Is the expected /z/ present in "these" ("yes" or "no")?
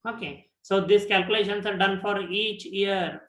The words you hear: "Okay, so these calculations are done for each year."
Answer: no